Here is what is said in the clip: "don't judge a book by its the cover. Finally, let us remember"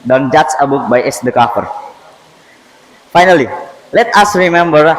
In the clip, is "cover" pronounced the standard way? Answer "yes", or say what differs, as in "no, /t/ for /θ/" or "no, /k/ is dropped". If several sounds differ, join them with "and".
no, /f/ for /v/